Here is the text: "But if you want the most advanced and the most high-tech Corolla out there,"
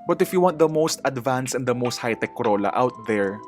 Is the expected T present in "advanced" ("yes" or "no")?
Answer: no